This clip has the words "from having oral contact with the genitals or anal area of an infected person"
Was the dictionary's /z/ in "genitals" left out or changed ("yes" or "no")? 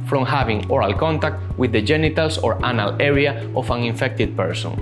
yes